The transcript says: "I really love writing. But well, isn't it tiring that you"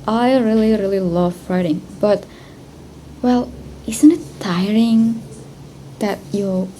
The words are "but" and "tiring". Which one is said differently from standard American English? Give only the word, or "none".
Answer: none